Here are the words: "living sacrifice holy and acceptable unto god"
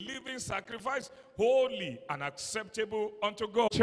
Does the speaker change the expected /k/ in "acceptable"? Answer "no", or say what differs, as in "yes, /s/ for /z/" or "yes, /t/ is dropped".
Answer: no